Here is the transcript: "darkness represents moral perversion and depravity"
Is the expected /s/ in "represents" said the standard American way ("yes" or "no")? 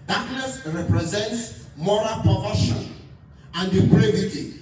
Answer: yes